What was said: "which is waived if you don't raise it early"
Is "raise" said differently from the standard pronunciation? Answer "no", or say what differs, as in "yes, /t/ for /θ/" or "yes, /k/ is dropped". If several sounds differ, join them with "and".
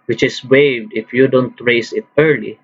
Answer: yes, /s/ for /z/